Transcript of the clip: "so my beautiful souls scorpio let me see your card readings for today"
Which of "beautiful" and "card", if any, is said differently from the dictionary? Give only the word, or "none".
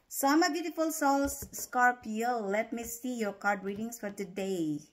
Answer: none